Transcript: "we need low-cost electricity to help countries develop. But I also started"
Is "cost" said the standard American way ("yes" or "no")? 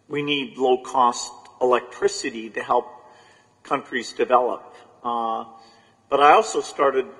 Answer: yes